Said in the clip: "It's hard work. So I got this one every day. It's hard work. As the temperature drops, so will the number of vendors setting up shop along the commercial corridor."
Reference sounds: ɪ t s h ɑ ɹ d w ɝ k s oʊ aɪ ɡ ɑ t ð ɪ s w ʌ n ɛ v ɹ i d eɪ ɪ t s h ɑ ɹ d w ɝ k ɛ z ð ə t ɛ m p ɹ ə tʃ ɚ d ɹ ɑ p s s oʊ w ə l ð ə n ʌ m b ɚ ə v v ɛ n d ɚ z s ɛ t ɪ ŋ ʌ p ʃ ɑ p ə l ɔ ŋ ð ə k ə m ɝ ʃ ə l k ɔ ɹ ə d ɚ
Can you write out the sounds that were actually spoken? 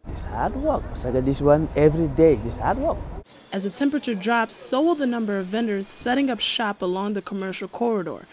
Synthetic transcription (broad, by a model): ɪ s h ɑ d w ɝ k s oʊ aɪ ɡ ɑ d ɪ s w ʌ n ɛ v ɹ i d eɪ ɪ s h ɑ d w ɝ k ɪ z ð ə t ɛ m p ɹ ə tʃ ɚ d ɹ ɑ p s s oʊ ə l ð ə n ʌ m b ɚ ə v v ɛ n d ɚ z s ɛ t ɪ ŋ ʌ p ʃ ɑ p ə l ɔ ŋ ð ə k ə m ɝ ʃ l k ɔ ɹ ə d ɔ